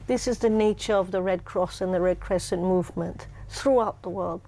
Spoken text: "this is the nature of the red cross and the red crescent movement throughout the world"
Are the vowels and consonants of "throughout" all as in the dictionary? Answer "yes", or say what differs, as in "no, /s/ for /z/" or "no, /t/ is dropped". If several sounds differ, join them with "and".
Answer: yes